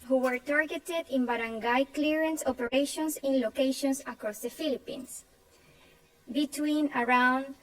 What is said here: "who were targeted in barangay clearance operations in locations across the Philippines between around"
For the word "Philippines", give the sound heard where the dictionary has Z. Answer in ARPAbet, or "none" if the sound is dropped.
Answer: S